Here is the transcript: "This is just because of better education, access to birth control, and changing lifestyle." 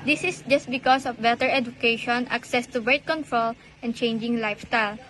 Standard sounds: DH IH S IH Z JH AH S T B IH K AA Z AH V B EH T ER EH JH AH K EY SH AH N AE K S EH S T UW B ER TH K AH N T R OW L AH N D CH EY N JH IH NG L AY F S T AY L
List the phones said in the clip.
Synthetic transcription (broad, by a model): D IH S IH S JH AH S T B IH K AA S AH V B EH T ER EH JH AH K EY SH AH N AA K S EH S T UW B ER T K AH N T R OW L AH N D CH EY N JH IH NG L AY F S T AY L